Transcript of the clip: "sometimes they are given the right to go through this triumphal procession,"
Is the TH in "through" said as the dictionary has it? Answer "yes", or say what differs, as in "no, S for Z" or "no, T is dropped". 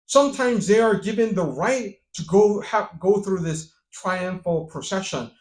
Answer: yes